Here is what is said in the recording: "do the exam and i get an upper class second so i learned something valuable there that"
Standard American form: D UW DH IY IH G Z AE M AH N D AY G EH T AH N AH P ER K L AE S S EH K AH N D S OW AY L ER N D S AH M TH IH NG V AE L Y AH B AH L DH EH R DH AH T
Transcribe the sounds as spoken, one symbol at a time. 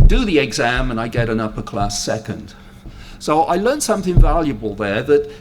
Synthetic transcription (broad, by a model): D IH DH IY IH G Z AE M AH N AY G EH T AH N AH P ER K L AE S S EH K AH N D S OW AY L ER N S AH M TH IH NG V AE L Y AH B AH L DH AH R DH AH T